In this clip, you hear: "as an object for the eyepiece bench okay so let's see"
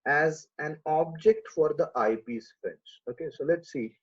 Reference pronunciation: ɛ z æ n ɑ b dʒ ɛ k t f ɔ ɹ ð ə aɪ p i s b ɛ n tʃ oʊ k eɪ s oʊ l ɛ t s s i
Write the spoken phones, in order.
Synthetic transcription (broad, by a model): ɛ z æ n ɑ b dʒ ɛ k t f ɔ ɹ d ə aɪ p i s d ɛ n s oʊ k eɪ s oʊ l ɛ t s s i